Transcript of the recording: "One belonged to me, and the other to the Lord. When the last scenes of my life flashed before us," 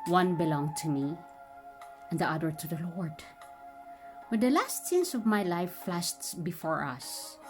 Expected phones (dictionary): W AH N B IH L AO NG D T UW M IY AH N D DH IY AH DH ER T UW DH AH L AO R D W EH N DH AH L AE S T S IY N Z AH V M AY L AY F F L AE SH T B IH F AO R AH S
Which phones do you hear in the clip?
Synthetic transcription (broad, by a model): W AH N B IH L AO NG T UW M IY AH N D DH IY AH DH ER T UW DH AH L AO R D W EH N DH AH L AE S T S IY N S AH V M AY L AY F F L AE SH T B IH F AO R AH S